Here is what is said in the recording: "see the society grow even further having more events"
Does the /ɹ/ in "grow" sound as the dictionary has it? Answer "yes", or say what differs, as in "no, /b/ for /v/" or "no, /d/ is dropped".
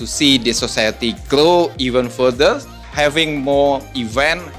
no, /l/ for /ɹ/